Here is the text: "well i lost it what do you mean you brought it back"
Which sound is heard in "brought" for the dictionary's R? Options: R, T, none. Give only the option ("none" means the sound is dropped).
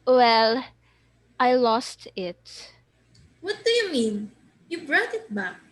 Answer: R